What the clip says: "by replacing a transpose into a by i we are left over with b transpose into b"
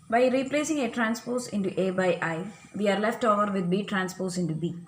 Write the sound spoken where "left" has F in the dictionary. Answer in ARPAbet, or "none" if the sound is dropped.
F